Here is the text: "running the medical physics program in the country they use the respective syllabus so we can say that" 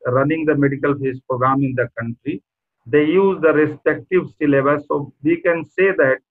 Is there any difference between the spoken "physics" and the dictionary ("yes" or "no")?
yes